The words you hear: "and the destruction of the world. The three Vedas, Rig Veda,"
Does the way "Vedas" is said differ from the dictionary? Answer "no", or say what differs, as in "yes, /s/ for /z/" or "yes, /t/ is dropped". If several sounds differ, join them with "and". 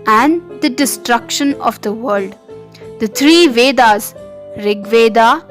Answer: no